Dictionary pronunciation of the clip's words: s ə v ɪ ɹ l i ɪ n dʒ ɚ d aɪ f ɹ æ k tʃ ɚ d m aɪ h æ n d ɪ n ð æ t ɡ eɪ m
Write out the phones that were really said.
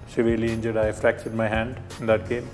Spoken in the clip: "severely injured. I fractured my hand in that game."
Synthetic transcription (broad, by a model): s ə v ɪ ɹ l i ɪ n dʒ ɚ d aɪ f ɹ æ k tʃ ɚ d m aɪ h æ n d ɪ n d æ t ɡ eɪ m